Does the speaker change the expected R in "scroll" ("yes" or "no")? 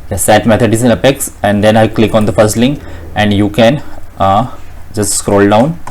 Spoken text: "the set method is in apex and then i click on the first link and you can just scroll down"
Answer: no